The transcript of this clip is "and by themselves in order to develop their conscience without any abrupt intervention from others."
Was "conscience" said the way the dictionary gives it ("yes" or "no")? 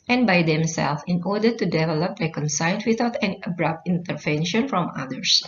no